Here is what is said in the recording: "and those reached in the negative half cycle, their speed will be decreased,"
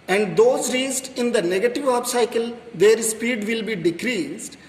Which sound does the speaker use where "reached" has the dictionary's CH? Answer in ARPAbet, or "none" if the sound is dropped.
S